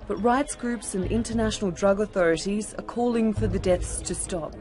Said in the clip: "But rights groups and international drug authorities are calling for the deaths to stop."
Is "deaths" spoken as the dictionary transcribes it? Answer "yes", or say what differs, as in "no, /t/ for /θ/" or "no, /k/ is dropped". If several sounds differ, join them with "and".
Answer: yes